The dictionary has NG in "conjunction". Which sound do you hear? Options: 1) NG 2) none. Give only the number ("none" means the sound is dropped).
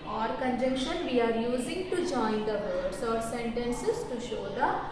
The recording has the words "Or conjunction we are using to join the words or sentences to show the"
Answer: 2